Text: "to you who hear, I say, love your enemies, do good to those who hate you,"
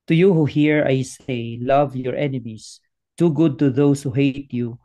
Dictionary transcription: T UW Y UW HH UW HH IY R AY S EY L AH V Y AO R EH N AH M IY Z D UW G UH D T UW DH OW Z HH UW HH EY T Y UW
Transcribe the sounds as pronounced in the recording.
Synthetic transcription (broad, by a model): T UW Y UW HH UW HH IY R AY S EY L AH V Y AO R EH N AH M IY S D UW G UH D T UW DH OW S HH UW HH EY T Y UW